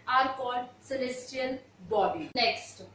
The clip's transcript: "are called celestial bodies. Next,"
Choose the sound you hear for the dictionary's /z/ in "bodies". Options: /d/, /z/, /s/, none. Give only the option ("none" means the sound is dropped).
none